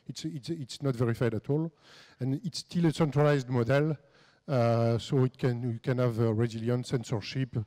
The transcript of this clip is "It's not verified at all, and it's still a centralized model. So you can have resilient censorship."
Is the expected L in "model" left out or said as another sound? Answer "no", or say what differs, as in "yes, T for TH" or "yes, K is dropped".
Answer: no